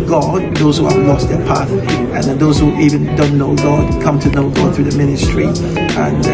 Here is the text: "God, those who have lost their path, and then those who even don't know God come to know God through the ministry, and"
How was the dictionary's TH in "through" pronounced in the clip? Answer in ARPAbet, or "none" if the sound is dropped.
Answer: TH